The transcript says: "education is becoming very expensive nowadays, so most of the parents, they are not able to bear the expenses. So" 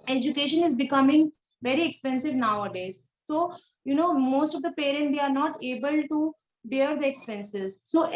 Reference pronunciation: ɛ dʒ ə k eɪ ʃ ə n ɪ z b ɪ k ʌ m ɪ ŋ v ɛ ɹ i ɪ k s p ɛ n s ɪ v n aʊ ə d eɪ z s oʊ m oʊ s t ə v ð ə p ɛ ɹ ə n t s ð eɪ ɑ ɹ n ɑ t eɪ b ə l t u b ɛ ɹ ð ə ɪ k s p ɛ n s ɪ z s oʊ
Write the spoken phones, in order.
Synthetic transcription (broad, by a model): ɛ dʒ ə k eɪ ʃ ə n ɪ z b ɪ k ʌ m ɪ ŋ v ɛ ɹ i ɪ k s p ɛ n s ɪ v n aʊ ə d eɪ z s oʊ m oʊ s t ə v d ə p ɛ ɹ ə n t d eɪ ɑ ɹ n ɑ t eɪ b ə l t u b ɛ ɹ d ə ɪ k s p ɛ n s ɪ z s oʊ